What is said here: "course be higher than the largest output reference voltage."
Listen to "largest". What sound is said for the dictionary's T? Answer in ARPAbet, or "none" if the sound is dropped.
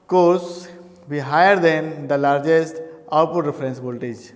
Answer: T